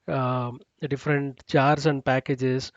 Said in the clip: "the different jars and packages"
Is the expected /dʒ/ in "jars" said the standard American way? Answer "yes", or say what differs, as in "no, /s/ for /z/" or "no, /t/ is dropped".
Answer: no, /tʃ/ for /dʒ/